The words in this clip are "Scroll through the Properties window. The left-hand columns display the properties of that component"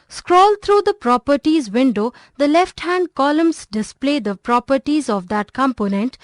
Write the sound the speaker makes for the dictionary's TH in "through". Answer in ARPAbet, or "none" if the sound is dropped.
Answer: T